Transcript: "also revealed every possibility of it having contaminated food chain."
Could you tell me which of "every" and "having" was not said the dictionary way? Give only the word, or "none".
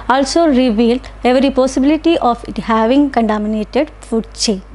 none